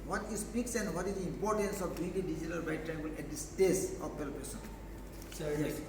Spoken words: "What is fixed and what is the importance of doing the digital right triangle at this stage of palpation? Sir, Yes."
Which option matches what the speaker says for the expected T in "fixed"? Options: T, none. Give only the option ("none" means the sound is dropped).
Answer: none